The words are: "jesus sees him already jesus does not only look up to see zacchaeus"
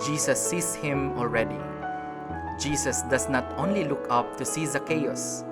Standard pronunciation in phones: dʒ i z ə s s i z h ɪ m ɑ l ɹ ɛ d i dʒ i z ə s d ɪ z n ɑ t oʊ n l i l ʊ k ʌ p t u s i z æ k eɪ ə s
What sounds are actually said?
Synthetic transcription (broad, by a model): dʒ i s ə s s i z h ɪ m ɑ l ɹ ɛ d i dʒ i s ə s d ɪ s n ɑ t oʊ n l i l ʊ k ʌ p t u s i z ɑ k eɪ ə s